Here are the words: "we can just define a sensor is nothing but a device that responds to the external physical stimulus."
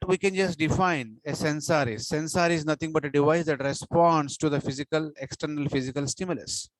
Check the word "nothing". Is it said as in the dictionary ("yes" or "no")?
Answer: no